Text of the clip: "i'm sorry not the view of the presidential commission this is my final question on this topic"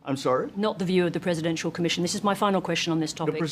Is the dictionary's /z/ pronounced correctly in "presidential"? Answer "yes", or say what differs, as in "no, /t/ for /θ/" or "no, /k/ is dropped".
yes